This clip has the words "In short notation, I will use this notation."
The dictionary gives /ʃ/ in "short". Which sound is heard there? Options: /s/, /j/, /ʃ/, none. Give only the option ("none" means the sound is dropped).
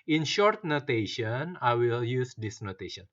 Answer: /ʃ/